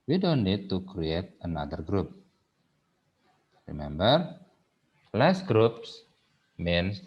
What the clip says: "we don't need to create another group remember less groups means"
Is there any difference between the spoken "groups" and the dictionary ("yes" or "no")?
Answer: no